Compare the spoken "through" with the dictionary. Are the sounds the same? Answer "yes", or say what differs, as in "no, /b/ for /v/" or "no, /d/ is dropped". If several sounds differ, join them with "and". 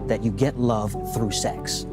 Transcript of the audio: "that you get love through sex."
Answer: yes